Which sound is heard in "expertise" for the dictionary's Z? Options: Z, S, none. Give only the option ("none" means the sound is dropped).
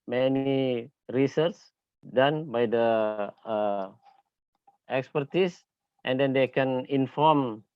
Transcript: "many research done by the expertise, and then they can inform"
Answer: S